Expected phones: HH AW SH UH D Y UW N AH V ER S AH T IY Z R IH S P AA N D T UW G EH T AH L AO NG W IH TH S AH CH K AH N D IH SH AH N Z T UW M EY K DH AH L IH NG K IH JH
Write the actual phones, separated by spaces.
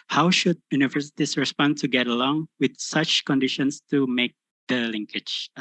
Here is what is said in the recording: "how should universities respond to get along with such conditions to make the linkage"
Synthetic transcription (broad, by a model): HH AW SH UH D Y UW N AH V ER S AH T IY S R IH S P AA N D T UW G EH T AH L AO NG W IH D S AH CH K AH N D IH SH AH N S T UW M EY K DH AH L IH NG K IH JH